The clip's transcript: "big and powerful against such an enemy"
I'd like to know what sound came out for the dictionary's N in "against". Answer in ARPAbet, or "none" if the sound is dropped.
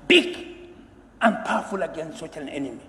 N